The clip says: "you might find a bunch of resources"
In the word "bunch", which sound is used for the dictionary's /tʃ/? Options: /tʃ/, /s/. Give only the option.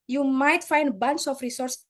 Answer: /s/